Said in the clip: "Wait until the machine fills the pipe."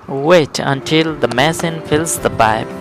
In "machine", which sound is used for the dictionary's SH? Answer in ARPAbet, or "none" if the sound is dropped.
S